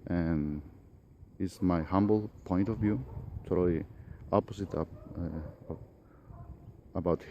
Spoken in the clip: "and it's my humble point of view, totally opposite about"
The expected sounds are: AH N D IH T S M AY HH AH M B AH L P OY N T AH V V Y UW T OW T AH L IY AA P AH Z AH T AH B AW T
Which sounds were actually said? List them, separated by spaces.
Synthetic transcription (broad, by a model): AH N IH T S M AY HH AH M B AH L P OY N T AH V V Y UW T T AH IY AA P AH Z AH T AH B AW T